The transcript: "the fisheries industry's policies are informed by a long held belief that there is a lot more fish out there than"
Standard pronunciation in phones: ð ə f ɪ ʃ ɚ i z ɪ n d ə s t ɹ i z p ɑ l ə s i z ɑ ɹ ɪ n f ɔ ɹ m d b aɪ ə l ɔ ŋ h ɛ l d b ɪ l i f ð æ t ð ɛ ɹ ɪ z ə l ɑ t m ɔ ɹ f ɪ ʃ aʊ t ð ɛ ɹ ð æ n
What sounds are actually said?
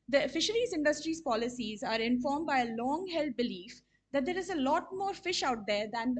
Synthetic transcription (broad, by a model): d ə f ɪ ʃ ɚ i z ɪ n d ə s t ɹ i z p ɑ l ə s i z ɑ ɹ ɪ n f ɔ ɹ m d b aɪ ə l ɔ ŋ h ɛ l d b ɪ l i f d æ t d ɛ ɹ ɪ z ə l ɑ t m ɔ ɹ f ɪ ʃ aʊ t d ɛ ɹ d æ n